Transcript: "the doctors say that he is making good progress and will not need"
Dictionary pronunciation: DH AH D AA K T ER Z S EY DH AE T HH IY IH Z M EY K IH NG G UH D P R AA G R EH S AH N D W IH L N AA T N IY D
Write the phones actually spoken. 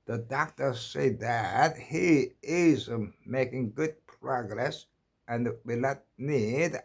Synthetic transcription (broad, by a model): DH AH D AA K T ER S EY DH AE T HH IY IH Z M EY K IH NG G UH D P R AA G R EH S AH N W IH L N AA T N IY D